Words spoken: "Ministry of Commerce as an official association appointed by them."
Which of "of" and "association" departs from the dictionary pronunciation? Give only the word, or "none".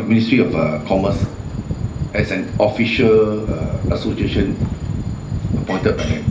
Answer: of